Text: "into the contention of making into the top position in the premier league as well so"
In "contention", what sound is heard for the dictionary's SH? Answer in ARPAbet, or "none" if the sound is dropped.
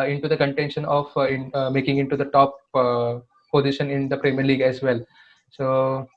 SH